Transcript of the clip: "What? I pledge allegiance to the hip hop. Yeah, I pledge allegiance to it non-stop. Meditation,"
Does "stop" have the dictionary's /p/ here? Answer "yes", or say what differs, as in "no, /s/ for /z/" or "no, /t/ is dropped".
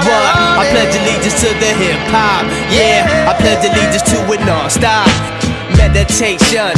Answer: no, /f/ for /p/